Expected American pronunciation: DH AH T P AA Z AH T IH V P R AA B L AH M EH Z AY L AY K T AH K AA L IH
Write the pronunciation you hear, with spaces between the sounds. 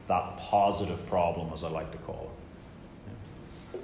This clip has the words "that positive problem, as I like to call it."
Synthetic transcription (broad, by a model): DH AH T P AA Z AH T IH V P R AA B L AH M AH Z AY L AY K T AH K AA L